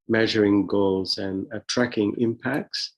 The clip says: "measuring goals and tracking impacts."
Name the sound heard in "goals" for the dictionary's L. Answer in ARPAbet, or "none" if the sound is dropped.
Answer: L